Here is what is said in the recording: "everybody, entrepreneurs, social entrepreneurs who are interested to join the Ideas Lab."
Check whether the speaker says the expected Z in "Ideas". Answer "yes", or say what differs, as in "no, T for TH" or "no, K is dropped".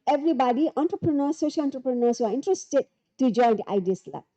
no, S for Z